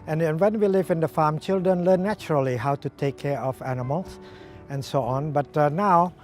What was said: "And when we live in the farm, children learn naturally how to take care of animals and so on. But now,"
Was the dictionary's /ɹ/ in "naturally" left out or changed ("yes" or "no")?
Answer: no